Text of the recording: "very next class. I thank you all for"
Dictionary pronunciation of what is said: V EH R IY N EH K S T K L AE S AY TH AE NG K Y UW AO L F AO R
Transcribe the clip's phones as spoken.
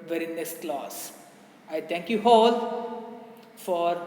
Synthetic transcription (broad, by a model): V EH R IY N EH K S T K L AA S AY T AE NG K Y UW AO L F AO R